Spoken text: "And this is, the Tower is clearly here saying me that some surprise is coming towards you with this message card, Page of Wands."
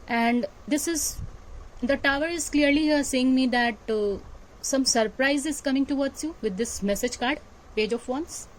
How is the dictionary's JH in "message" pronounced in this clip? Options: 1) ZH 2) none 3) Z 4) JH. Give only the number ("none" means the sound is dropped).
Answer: 4